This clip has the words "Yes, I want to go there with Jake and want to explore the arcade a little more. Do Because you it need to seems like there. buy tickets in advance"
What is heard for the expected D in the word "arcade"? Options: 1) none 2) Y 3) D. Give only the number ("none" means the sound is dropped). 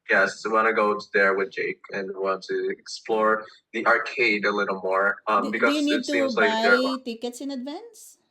3